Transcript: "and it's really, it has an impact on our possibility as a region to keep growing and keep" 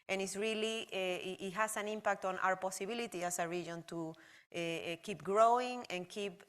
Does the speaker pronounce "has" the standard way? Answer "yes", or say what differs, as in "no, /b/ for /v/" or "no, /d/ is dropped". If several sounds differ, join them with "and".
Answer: no, /s/ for /z/